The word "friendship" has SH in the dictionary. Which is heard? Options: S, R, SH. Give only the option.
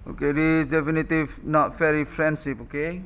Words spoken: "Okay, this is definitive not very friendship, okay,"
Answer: S